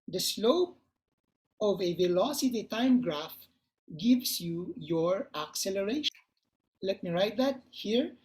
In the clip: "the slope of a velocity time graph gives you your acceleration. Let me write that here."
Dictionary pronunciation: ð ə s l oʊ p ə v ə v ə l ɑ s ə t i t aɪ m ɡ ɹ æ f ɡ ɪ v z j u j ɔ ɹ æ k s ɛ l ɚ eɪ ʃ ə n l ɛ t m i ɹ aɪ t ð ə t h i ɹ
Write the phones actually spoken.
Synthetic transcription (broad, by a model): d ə s l oʊ p ə v ə v ə l ɑ s ə t i t aɪ m ɡ ɹ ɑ f ɡ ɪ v s j u j ɔ ɹ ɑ k s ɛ l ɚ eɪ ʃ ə n l ɛ t m i ɹ aɪ t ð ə t h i ɹ